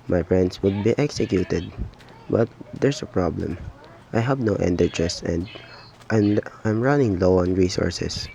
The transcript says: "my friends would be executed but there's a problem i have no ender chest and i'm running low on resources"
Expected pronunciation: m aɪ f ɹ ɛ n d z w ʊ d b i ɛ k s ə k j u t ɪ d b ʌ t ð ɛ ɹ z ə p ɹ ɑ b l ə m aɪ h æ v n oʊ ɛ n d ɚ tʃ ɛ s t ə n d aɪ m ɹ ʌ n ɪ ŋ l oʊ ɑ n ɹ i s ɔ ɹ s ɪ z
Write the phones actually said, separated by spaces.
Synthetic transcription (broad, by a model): m aɪ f ɹ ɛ n d s w ʊ d b i ɛ k s ə k j u t ɪ d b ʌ t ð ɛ ɹ s ə p ɹ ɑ b l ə m aɪ h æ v n oʊ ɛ n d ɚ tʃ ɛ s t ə n d aɪ m ɹ ʌ n ɪ ŋ l oʊ ɑ n ɹ i s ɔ ɹ s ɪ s